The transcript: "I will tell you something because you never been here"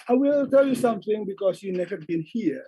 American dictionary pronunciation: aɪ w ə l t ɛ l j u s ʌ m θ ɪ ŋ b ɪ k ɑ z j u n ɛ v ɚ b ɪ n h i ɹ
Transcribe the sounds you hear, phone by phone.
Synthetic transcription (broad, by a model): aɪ w ə l t ɛ l j u s ʌ m θ ɪ ŋ b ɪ k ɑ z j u n ɛ v ɚ b ɪ n h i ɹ